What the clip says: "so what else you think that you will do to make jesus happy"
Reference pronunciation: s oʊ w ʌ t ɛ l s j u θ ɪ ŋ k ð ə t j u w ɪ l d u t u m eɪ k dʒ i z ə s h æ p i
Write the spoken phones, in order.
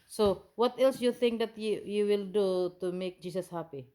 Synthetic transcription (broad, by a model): s oʊ w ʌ t ɛ l s j u θ ɪ ŋ k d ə t j u w ɪ l d u t u m eɪ k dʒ i s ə s h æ p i